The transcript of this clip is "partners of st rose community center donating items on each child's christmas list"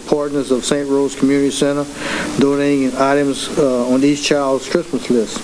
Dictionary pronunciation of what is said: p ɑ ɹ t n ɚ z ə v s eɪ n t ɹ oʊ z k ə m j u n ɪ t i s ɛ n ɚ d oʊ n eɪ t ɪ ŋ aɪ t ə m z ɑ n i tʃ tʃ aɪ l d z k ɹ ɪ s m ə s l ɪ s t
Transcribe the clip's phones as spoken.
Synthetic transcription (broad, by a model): p ɑ ɹ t n ɚ z ə v s eɪ n t ɹ oʊ z k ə m j u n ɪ t i s ɛ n ɚ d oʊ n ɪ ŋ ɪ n aɪ t ə m z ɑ n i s tʃ aɪ l d z k ɹ ɪ s m ə s l ɪ s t